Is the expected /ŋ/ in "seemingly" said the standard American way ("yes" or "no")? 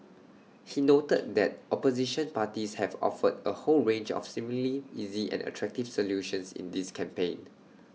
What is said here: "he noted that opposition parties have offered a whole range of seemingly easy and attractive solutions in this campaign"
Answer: no